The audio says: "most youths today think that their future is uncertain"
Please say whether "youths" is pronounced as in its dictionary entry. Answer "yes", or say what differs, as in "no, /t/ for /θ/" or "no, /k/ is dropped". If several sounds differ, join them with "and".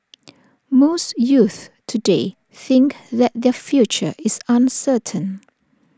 no, /s/ is dropped